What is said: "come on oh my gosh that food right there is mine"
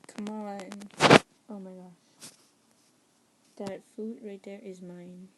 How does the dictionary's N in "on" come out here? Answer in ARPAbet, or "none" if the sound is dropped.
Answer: L